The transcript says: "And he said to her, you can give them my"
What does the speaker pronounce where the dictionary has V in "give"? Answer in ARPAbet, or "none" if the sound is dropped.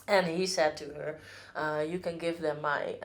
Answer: V